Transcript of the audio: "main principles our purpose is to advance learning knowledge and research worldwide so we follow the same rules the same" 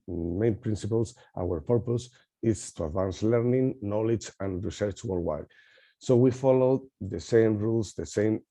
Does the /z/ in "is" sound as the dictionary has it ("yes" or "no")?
no